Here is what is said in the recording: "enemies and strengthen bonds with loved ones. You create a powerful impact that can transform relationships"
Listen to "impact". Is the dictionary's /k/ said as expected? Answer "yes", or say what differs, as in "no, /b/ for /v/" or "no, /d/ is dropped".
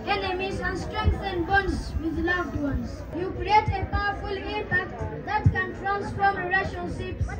no, /k/ is dropped